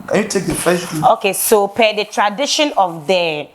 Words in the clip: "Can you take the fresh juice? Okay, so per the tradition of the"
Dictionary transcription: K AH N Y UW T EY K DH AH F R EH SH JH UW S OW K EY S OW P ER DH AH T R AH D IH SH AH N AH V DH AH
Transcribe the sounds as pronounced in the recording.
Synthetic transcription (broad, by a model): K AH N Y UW T EY K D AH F EH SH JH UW OW K EY S OW P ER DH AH T R AH D IH SH AH N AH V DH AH